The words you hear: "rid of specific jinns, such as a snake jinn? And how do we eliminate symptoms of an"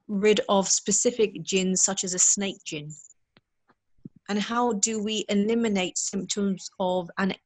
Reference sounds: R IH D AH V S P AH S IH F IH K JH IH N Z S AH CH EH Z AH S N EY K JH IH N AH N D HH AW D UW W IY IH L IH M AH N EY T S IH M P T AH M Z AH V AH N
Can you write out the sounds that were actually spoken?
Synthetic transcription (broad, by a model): R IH D AH V S P AH S IH F IH K JH IH N Z S AH CH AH Z AH S N EY K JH IH N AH N HH AW D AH W IY IH L IH M AH N EY T S IH M P T AH M Z AH V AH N